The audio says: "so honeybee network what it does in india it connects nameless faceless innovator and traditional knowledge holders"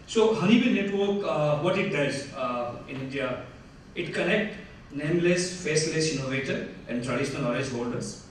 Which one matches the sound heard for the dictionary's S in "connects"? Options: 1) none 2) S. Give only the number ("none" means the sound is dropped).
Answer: 1